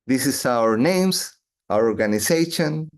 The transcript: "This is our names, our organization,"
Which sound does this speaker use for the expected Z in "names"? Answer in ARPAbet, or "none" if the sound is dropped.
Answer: S